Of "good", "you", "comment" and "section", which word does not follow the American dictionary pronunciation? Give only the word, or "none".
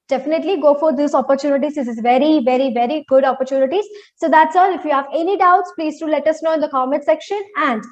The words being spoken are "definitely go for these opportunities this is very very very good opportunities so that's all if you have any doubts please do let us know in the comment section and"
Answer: comment